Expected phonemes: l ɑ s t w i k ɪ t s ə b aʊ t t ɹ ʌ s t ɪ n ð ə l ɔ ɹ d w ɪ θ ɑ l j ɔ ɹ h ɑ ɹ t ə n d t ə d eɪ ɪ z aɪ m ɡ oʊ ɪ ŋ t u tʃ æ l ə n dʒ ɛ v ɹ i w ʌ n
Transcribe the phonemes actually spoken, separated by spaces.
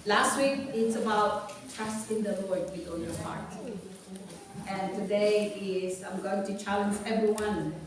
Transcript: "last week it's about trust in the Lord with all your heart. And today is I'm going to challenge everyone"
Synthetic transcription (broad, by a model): l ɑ s t w i k ɪ t s ə b aʊ t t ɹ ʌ s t ɪ n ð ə l ɔ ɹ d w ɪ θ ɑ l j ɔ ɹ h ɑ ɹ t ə n t ə d eɪ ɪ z aɪ m ɡ oʊ ɪ ŋ t u tʃ æ l ə n dʒ ɛ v ɹ i w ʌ n